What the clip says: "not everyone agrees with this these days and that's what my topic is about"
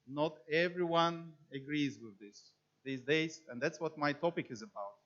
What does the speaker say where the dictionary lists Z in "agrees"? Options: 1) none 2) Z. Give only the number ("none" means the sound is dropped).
2